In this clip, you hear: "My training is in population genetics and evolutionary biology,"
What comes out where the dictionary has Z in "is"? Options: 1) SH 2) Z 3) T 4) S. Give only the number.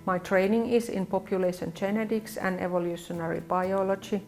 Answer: 4